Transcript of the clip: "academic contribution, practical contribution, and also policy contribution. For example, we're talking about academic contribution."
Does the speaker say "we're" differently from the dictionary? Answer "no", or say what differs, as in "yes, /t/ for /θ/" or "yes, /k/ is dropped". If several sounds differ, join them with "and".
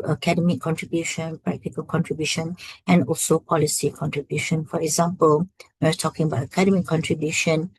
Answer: yes, /w/ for /ɹ/